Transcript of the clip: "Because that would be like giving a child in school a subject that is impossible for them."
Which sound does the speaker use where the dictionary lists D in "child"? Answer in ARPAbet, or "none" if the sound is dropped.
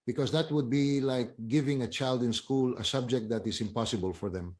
D